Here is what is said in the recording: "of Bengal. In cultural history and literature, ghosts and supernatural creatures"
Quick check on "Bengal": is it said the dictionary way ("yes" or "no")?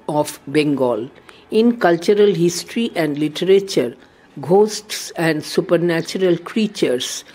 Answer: yes